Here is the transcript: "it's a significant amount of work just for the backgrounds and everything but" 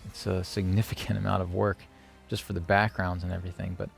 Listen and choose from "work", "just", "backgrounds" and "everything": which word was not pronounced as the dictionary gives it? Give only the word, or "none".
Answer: none